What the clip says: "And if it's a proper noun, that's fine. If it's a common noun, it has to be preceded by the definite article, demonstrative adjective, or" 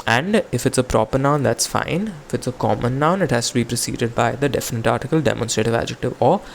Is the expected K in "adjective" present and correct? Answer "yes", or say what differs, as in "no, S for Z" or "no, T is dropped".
yes